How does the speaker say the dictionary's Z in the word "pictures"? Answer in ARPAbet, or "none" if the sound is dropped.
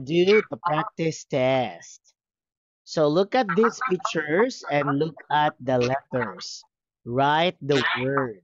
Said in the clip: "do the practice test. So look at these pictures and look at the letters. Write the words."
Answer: S